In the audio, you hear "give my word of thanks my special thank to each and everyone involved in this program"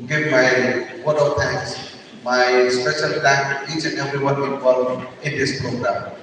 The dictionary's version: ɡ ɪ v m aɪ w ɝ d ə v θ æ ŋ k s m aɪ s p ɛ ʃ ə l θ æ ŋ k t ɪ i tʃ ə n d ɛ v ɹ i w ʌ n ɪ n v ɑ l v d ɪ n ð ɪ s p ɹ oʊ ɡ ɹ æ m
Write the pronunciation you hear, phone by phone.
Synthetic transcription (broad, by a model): ɡ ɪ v m aɪ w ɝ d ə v t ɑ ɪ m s m aɪ s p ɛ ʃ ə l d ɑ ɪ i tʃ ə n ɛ v ɹ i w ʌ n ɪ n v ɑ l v ɪ n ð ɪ s p ɹ oʊ ɡ ɹ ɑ m